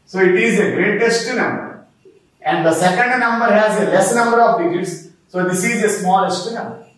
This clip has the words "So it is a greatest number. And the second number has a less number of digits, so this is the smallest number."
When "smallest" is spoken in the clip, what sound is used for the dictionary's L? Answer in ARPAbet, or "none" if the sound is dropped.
L